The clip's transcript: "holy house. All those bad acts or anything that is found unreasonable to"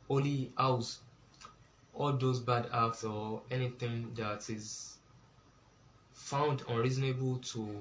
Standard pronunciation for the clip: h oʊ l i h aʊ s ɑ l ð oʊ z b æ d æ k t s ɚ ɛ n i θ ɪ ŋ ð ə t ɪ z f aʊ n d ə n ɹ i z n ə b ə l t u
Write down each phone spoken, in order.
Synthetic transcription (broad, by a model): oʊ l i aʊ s ɑ l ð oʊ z b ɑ d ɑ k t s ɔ ɛ n i θ ɪ ŋ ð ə t ɪ z f aʊ n d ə n ɹ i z n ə b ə l t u